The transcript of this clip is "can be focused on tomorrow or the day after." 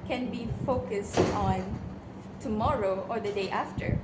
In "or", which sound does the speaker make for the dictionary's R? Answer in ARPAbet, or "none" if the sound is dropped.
R